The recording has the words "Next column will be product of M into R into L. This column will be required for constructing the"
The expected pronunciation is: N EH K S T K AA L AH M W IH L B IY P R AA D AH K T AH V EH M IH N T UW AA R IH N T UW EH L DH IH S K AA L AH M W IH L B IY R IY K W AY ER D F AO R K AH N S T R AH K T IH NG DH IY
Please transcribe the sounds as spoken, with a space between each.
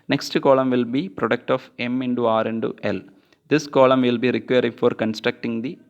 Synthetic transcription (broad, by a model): N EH K S T K AA L AH M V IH L B IY P R AA D AH K T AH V EH M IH N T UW AA R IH N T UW EH L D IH S K AA L AH M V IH L B IY R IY K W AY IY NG F AO R K AH N S T R AH K T IH NG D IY